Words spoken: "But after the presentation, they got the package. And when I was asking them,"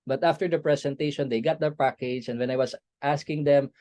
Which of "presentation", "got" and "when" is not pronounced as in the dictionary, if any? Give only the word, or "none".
presentation